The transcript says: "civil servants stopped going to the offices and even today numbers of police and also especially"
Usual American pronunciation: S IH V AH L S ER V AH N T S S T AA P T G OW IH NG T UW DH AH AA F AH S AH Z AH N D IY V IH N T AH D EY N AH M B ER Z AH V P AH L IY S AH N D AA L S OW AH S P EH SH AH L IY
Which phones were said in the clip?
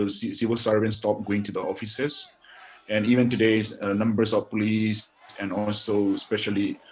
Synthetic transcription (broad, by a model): S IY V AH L S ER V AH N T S S T AA P G OW IH NG T UW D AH AA F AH S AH S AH N IY V IH N T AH D EY N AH M B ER S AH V P AH L IY S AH N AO AA L S OW S P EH SH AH L IY